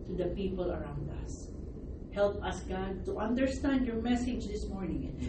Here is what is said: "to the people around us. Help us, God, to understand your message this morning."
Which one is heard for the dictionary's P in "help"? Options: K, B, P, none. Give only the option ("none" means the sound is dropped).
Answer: P